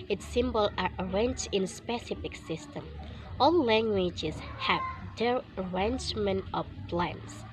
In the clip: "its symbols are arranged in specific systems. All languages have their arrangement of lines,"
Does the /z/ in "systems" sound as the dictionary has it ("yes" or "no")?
no